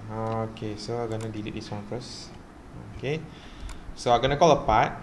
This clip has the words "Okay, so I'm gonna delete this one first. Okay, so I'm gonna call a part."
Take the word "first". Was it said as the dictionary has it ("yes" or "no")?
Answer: no